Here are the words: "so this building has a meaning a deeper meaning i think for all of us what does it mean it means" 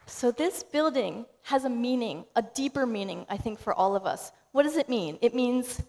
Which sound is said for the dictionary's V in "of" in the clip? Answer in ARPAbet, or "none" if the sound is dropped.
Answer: V